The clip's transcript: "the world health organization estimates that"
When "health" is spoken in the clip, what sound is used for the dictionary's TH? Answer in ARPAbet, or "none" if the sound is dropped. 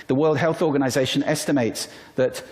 TH